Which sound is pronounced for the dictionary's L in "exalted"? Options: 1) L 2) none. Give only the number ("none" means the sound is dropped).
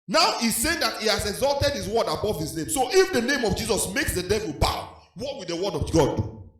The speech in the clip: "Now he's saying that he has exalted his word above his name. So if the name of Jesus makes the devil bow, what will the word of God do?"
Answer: 1